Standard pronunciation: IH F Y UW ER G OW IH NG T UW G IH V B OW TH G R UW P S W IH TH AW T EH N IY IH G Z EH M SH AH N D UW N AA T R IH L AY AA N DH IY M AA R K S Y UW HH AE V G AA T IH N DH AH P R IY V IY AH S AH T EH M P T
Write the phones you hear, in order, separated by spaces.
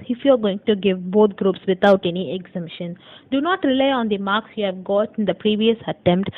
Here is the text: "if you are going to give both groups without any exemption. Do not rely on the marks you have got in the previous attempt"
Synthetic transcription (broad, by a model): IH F Y UW ER G OW IH NG T UW G IH V B OW T G R UW P S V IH T AW T EH N IY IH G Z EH M SH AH N D UW N AA T R IH L AY AA N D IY M AA R K S Y UW HH AE V G AA T IH N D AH P R IY V IY AH S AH T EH M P T